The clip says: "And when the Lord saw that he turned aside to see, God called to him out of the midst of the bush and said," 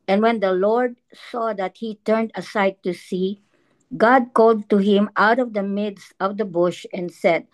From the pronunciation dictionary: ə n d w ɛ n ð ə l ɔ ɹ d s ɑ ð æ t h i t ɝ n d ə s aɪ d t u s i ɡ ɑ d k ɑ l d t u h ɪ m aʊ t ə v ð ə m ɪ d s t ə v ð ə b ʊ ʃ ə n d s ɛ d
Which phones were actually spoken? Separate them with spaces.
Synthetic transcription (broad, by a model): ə n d w ɛ n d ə l ɔ ɹ d s ɑ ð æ t h i t ɝ n d ə s aɪ d t u s i ɡ ɑ d k ɑ l d t u h ɪ m aʊ t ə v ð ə m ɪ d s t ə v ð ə b ʊ ʃ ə n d s ɛ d